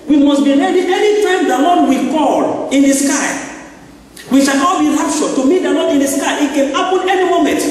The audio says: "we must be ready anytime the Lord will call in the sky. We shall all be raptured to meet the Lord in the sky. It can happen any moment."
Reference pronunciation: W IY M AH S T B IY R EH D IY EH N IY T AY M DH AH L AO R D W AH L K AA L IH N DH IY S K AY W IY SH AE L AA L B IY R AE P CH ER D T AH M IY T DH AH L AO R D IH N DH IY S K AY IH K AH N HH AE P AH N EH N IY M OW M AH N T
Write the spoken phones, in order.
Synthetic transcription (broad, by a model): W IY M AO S B IY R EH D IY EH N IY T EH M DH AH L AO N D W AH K AA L IH N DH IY S K AY W IY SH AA N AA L B IY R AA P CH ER T AH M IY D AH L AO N IH N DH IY S K AY IH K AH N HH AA P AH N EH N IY M OW M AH N T